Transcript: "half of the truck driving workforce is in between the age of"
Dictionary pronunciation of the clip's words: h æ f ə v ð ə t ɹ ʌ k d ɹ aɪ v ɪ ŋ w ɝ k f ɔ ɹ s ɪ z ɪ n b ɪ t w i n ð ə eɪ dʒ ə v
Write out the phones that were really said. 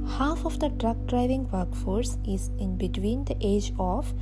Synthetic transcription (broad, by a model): h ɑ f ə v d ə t ɹ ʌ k d ɹ aɪ v ɪ ŋ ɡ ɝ k f ɔ ɹ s ɪ z ɪ n b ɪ t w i n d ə eɪ dʒ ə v